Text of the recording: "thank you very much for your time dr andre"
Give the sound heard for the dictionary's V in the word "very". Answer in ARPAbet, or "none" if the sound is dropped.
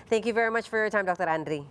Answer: V